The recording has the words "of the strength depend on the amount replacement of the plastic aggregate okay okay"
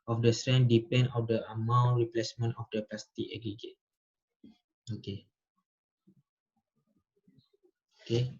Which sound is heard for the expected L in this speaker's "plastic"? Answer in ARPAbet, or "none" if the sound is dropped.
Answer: none